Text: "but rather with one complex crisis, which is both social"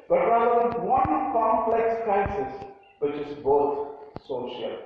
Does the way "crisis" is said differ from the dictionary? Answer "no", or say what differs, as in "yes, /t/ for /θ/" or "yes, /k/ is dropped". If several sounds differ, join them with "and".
yes, /ɹ/ is dropped